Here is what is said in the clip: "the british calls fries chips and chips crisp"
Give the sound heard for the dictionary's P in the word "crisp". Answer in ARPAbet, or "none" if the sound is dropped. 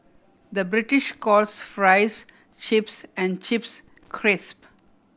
P